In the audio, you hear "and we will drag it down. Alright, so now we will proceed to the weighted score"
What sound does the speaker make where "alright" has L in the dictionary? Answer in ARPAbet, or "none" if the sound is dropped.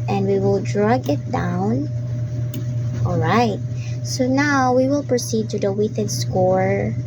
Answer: L